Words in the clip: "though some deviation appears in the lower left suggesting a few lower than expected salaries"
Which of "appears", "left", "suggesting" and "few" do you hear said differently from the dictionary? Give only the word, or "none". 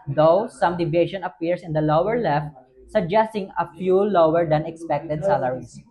appears